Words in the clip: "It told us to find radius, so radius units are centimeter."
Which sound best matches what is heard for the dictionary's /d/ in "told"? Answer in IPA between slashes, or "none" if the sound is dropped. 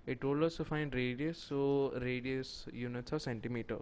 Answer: none